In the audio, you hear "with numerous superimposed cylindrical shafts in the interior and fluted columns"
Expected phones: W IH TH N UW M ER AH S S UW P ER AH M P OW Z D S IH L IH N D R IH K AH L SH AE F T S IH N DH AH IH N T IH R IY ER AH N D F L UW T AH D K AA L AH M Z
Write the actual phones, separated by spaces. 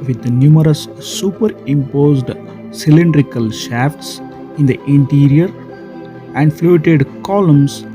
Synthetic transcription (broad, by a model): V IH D N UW M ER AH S S UW P ER AH M P OW Z D S IH L IH N D R IH K AH L SH AE F T S IH N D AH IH N T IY R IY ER AH N D F L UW T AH D K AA L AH M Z